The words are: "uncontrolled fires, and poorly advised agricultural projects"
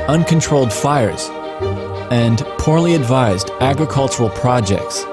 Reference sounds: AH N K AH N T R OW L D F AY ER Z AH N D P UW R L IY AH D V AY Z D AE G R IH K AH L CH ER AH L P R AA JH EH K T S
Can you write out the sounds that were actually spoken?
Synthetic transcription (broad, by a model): AH N K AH N T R OW L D F AY ER Z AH N P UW R L IY AH D V AY Z D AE G R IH K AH L CH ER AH L P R AA JH EH K T S